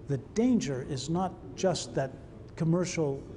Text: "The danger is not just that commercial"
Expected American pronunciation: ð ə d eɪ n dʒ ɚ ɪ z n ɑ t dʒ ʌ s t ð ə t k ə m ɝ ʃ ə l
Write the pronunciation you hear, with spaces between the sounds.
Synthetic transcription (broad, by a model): ð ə d eɪ n dʒ ɚ ɪ z n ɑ t dʒ ʌ s t ð ə t k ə m ɝ ʃ l